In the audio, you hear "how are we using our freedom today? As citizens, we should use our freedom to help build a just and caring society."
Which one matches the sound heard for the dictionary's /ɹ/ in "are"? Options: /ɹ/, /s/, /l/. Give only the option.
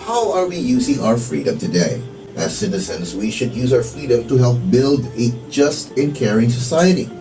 /ɹ/